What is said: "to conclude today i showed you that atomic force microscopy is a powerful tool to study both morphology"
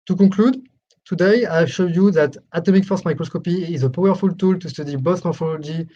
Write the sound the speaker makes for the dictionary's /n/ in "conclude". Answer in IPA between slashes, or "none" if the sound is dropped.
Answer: none